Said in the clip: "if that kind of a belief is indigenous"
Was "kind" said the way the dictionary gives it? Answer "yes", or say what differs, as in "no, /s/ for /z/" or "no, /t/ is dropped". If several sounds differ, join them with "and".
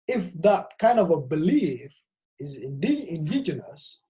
yes